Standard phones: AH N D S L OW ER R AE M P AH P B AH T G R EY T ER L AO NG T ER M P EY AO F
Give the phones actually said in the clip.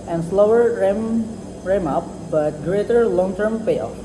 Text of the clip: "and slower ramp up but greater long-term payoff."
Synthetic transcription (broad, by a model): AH N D S L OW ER R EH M AH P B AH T G R EY T ER L AO NG T ER M P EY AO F